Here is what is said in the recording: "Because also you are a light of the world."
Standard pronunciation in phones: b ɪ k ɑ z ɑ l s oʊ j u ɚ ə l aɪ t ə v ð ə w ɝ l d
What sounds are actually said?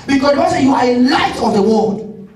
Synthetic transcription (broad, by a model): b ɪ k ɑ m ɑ s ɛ j u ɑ ə l aɪ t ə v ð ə w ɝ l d